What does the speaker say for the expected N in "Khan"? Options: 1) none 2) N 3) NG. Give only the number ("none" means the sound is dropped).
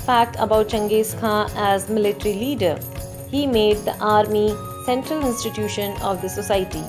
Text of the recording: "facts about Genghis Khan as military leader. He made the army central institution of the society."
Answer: 1